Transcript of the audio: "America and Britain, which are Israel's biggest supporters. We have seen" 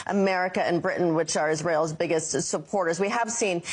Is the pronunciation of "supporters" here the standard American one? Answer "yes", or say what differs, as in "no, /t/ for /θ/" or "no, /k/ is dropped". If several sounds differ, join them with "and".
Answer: yes